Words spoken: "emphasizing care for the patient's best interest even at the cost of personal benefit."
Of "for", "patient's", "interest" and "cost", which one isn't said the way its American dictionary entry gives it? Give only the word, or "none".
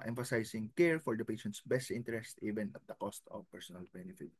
none